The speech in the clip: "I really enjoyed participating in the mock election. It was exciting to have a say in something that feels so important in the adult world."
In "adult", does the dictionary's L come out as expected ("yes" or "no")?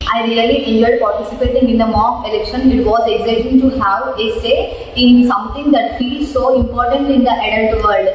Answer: no